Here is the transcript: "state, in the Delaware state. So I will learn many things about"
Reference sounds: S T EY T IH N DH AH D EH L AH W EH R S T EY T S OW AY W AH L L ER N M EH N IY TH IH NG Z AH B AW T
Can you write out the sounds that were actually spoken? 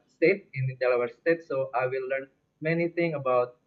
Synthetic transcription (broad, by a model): S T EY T IH N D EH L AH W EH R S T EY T S OW AY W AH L L ER N M EH N IY T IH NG AH B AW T